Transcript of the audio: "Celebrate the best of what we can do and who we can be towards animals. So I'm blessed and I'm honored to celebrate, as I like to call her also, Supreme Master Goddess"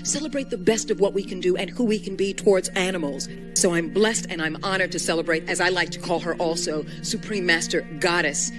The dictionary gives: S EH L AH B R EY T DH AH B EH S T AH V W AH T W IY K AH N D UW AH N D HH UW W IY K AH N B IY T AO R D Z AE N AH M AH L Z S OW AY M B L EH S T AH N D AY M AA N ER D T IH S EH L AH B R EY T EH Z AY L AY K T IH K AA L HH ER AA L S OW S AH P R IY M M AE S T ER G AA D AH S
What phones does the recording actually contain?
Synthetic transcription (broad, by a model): S EH L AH B R EY T DH AH B EH S T AH V W AH T W IY K AH N D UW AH N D HH UW W IY K AH N B IY T AO R D Z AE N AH M L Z S OW AY M B L EH S T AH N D AY M AA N ER D T IH S EH L AH B R EY T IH Z AY L AY K T IH K AA L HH ER AA L S OW S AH P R IY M M AE S T ER G AA D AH S